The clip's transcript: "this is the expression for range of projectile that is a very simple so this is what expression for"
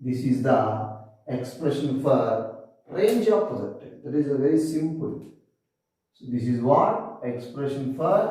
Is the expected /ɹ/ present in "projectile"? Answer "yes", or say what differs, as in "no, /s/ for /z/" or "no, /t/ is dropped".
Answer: no, /ɹ/ is dropped